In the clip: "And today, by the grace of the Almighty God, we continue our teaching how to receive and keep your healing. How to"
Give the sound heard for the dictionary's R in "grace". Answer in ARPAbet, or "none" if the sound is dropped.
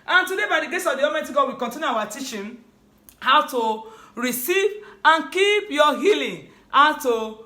none